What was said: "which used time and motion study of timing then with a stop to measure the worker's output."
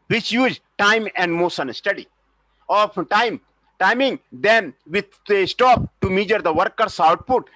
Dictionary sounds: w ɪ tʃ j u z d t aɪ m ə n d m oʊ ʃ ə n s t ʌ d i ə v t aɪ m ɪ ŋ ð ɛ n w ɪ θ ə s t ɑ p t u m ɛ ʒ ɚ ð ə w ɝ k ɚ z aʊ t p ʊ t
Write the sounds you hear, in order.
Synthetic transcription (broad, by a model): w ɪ tʃ j u z d t aɪ m ə n d m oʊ s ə n s t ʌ d i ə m t aɪ m ɪ ŋ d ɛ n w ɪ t ə s t ɑ p t u m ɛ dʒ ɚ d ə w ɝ k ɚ s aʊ t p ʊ t